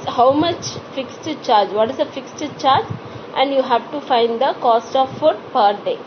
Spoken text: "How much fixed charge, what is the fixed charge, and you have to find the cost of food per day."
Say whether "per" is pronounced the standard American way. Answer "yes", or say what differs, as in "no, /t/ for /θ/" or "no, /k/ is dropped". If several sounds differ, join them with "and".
yes